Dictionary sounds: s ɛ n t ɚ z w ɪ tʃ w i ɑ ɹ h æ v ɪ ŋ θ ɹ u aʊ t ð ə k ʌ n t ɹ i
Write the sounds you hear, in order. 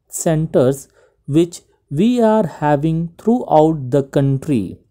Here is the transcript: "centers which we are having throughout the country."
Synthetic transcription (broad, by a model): s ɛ n t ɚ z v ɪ tʃ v i ɑ ɹ h æ v ɪ ŋ t ɹ u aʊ t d ə k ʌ n t ɹ i